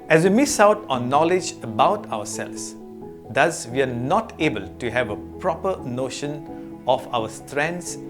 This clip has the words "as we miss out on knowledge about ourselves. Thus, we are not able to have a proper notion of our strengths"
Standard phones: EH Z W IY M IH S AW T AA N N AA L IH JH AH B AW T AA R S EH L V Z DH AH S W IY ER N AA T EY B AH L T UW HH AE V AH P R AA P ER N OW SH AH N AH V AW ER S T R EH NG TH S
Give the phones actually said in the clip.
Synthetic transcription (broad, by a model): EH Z W IY M IH S AW T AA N N AA L IH JH AH B AW T AA W S EH L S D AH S W IY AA N AA T EY B AH L T UW HH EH V AH P R AA P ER N OW SH AH N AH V AW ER S T R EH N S